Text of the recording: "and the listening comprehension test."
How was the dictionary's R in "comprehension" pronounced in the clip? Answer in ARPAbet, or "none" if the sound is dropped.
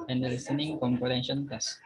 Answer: none